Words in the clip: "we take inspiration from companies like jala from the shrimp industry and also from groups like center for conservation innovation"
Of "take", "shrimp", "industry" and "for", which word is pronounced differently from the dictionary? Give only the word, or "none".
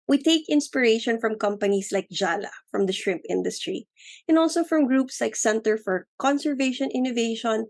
none